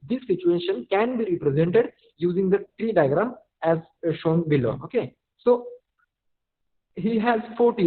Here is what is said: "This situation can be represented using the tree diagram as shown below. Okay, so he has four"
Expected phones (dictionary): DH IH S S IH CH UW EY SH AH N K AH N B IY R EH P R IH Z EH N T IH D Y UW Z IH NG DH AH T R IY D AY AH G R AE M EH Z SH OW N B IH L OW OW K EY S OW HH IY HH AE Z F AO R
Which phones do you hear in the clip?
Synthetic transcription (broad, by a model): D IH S S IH CH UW EY SH AH N K AH N B IY R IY P R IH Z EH N T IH D Y UW Z IH NG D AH T R IY D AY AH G R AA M EH Z SH OW N B IH L OW OW K EY S OW HH IY HH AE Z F AO R